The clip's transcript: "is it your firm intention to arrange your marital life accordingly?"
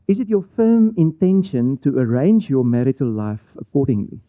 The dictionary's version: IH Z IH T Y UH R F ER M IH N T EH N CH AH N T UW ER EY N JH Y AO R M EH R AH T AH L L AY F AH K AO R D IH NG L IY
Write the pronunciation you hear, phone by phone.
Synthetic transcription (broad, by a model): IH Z IH T Y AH F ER M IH N T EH N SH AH N T UW ER EY N JH Y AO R M EH R AH T AH L L AY F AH K AO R D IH NG L IY